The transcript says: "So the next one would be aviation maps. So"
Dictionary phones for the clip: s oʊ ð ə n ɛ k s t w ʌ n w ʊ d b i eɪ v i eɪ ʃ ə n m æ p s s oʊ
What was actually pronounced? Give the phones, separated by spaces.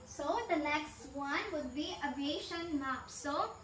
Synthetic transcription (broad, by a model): s oʊ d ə l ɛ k s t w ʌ n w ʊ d b i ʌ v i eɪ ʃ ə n m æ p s s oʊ